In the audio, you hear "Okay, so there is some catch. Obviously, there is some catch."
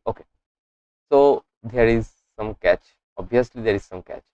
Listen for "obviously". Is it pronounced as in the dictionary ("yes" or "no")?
no